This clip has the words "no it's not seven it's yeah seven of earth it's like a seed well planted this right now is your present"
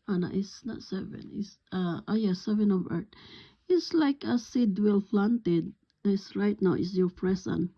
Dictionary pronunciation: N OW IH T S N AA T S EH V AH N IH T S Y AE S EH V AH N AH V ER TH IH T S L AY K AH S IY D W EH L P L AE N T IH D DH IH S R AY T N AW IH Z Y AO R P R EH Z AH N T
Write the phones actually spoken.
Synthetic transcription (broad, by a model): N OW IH T S N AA T S EH V AH N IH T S Y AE S EH V AH N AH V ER T IH T S L AY K AH S IY D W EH L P L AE N T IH D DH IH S R AY T N AW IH S Y AO R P R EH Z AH N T